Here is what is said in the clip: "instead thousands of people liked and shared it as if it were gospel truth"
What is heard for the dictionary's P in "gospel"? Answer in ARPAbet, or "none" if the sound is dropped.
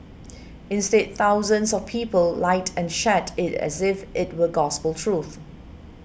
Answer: P